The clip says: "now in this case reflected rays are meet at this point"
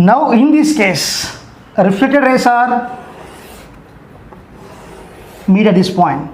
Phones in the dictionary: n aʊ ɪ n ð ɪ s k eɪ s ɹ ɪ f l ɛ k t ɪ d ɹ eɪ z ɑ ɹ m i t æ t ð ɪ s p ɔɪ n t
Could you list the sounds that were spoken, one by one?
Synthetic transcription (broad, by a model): n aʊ ɪ n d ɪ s k eɪ s ɹ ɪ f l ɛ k t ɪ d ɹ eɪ s ɑ ɹ m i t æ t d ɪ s p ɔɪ n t